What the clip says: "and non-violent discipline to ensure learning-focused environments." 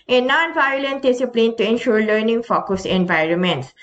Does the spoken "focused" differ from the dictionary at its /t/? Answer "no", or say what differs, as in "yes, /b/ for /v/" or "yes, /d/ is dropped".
yes, /t/ is dropped